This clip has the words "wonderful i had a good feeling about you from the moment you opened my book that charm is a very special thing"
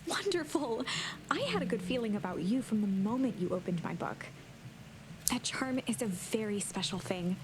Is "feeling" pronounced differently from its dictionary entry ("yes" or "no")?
no